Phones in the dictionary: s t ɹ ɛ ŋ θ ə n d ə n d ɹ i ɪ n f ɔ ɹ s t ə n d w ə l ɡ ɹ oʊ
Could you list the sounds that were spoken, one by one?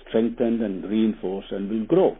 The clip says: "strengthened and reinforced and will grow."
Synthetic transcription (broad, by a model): s t ɹ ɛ ŋ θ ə n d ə n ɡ ɹ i n f ɔ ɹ s ə n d w ə l ɡ ɹ oʊ